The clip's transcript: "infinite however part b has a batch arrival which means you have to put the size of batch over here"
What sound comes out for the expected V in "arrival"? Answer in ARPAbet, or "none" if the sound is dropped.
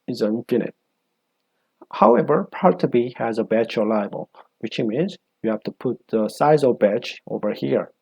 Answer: B